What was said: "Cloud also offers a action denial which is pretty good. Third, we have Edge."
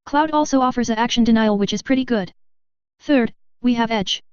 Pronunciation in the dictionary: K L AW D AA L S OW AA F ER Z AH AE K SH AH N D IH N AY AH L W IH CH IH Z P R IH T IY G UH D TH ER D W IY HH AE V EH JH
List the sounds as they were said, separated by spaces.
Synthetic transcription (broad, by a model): K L AW D AA L S OW AA F ER Z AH AE K SH AH N D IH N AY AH L W IH CH IH Z P R IH T IY G UH D TH ER D W IY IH V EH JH